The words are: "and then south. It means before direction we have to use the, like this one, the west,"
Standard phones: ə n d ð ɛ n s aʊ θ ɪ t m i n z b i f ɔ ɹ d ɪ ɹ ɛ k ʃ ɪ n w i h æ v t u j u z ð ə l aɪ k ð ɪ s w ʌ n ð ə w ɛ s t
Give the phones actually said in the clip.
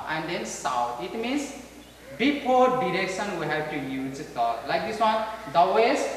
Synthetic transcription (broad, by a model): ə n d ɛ n s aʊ t ɪ t m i n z b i p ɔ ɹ d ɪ ɹ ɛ k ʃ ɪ n w i h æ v t u j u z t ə l aɪ k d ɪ s w ʌ n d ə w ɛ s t